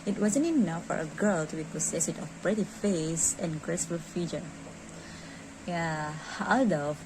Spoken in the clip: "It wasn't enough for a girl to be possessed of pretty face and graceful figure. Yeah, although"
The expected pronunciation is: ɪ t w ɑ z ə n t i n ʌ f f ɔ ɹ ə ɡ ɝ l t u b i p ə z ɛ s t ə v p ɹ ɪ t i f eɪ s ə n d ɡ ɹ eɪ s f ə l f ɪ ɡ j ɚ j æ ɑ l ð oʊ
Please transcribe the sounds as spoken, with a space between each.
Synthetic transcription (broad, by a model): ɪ t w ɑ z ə n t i n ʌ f f ɔ ɹ ə ɡ ɝ l t u b i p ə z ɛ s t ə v p ɹ ɪ t i f eɪ s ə n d ɡ ɹ eɪ s f ə l f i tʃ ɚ j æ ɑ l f